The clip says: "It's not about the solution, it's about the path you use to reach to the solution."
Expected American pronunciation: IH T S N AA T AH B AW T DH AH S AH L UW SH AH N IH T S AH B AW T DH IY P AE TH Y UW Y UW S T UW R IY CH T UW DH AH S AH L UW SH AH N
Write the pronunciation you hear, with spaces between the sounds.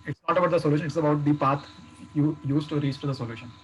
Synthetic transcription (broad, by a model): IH T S N AA T AH B AW T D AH S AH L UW SH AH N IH T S AH B AW T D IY P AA T Y UW Y UW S T UW R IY S T UW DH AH S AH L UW SH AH N